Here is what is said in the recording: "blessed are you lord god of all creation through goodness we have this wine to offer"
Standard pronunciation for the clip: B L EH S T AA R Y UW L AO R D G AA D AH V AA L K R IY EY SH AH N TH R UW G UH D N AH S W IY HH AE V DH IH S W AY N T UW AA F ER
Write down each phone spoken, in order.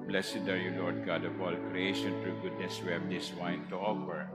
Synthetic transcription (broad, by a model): B L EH S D AA R Y UW L AO R D G AA D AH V AA L K R IY EY SH AH N T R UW G UH D N AH S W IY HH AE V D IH S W AY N T UW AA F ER